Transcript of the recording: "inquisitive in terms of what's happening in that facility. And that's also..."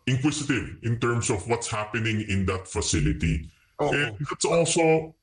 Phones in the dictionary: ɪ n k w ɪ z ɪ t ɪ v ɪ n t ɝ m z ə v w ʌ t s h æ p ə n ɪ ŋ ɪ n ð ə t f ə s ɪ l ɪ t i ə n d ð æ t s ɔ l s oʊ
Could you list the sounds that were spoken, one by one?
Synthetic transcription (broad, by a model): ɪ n k w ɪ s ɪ t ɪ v ɪ n t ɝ m s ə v w ʌ t s h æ p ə n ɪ ŋ ɪ n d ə t f ə s ɪ l ɪ t i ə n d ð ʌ t s ɔ l s oʊ